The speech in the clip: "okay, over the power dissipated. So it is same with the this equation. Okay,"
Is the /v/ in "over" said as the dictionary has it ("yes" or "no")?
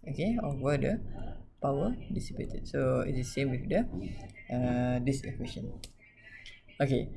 no